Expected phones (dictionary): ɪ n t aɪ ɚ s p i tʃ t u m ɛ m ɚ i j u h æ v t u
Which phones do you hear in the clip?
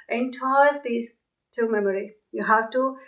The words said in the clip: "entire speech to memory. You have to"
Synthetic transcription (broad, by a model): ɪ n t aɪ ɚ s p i s t u m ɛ m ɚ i j u h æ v t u